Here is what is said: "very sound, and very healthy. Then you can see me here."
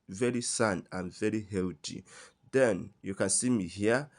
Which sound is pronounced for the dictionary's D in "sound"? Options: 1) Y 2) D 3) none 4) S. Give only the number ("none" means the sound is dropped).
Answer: 3